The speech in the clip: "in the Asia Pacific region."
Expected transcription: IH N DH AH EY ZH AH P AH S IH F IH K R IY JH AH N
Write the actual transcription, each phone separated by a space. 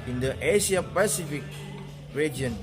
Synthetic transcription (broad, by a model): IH N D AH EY S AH P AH S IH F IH K R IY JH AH N